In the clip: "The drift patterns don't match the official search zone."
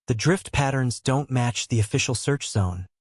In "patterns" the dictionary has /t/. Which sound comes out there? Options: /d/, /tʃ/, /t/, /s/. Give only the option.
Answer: /t/